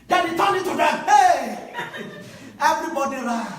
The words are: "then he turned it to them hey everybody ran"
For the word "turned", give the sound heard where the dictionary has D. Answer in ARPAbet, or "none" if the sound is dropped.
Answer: none